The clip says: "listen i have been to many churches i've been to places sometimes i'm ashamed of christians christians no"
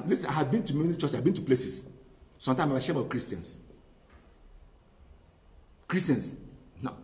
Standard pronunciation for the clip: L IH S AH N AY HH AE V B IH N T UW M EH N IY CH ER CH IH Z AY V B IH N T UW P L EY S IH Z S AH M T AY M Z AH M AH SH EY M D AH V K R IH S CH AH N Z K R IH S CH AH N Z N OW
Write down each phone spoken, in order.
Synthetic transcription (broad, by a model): L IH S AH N AY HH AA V B IH N T UW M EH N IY CH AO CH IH AY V B IH N T UW P L EY S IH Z S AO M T AY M AH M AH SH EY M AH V K R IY S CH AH N S K R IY S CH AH N S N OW